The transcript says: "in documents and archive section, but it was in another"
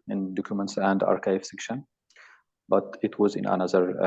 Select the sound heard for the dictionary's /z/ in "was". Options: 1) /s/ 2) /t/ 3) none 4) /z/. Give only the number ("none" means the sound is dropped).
4